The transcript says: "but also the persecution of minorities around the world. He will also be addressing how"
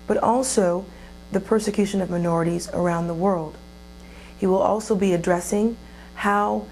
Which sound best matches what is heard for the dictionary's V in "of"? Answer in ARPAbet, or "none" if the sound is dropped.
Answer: V